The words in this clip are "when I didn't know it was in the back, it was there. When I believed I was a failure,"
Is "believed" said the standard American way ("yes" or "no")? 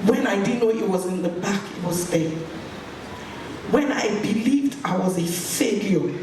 yes